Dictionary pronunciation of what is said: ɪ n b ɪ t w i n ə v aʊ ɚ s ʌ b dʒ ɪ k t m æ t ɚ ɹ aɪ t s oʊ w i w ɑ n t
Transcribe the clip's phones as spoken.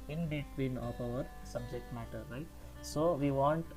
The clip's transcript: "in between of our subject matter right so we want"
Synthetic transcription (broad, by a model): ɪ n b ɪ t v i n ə p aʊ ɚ s ʌ b dʒ ɪ k t m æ t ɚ ɹ aɪ t s oʊ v i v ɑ n t